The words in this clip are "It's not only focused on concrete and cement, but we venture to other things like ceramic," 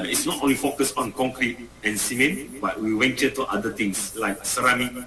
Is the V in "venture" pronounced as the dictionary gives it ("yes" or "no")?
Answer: no